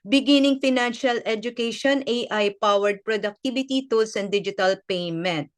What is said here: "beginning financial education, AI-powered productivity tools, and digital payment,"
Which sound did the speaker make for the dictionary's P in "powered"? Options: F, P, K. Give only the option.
P